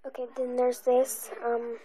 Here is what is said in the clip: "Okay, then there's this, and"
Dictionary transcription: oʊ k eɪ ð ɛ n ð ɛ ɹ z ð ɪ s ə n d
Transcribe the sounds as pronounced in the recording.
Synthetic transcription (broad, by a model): oʊ k eɪ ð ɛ n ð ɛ ɹ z ð ɪ s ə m